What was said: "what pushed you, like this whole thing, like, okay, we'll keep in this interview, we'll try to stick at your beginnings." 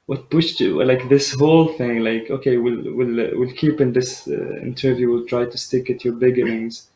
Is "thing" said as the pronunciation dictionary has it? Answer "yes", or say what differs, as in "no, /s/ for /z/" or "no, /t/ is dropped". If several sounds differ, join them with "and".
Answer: yes